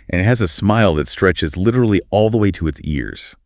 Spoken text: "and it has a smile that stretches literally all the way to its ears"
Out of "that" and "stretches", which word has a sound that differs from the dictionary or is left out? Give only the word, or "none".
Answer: none